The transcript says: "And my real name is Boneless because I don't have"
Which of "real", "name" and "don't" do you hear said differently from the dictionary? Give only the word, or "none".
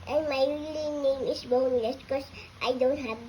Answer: real